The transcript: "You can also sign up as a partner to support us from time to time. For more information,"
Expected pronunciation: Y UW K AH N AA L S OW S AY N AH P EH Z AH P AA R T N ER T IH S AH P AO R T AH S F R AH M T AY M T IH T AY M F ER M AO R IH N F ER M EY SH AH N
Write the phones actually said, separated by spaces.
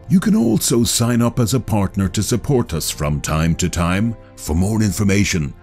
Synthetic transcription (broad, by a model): Y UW K AH N AA L S OW S AY N AH P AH Z AH P AA R T N ER T IH S AH P AO R T AH S F R AH M T AY M T IH T AY M F ER M AO R IH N F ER M EY SH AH N